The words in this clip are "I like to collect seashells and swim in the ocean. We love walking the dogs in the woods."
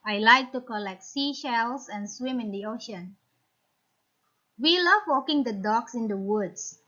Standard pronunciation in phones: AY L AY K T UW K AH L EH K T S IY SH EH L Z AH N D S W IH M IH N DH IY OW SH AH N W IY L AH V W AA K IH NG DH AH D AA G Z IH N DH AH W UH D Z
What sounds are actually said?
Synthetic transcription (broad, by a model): AY L AY K T UW K AH L EH K T S IY SH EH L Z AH N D S W IH M IH N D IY OW SH AH N W IY L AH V W AA K IH NG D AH D AA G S IH N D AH W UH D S